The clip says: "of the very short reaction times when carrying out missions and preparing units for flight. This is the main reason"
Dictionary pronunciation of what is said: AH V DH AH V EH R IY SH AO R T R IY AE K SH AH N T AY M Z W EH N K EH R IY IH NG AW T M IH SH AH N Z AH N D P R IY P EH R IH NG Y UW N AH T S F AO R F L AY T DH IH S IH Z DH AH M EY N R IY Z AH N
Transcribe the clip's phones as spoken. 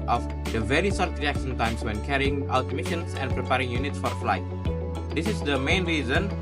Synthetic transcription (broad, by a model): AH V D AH V EH R IY S AO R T R IY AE K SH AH N T AY M S W EH N K EH R IY IH NG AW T M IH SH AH N S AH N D P R IY P EH R IH NG Y UW N AH T S F AO R F L AY T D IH S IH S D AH M EY N R IY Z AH N